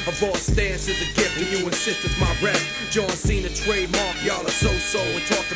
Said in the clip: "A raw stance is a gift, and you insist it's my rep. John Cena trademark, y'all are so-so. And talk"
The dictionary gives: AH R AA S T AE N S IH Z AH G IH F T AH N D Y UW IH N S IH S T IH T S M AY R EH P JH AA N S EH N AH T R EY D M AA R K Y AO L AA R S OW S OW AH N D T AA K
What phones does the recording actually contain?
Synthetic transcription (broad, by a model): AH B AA S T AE N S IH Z AH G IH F AH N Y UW IH N S IH S T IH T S M AY R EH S JH AA N S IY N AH T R EY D M AA R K Y AO L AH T S OW S OW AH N T AA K